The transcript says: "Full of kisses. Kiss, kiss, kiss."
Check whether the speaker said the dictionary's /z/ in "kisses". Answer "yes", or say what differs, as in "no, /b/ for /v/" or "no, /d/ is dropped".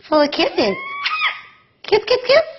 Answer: no, /z/ is dropped